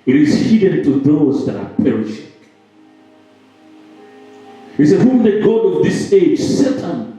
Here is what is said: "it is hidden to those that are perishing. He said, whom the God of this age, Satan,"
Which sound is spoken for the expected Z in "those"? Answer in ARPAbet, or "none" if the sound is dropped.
Z